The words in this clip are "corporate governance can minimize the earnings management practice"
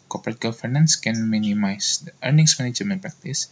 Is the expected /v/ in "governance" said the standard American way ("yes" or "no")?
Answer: no